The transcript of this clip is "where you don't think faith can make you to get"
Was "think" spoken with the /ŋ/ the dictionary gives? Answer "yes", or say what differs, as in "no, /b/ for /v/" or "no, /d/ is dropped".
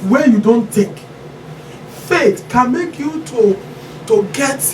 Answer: no, /ŋ/ is dropped